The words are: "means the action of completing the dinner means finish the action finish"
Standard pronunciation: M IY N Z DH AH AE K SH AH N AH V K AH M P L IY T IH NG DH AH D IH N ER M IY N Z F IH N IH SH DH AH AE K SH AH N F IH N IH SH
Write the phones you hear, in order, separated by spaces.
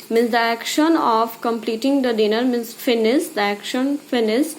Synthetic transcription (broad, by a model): M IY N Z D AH AE K SH AH N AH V K AH M P L IY T IH NG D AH D IH N ER M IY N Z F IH N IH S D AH AE K SH AH N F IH N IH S